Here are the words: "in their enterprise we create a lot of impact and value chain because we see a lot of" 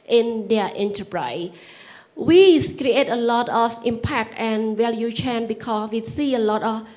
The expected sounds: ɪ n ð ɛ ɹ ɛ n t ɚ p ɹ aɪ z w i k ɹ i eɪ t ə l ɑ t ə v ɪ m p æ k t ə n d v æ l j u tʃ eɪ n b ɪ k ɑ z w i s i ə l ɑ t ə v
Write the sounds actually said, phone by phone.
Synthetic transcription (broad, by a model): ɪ n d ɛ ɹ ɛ n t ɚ p ɹ aɪ s w i k ɹ i eɪ t ə l ɑ t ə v ɪ m p æ k t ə n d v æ l j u tʃ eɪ n b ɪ k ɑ s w i s i ə l ɑ t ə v